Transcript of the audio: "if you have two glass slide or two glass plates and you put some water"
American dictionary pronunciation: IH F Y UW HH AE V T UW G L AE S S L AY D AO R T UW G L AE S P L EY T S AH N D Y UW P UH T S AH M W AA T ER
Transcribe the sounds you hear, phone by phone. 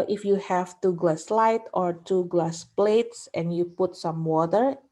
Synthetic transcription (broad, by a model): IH F Y UW HH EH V T UW G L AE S S L AY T AO R T UW G L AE S P L EY T S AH N Y UW P UH T S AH M W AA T ER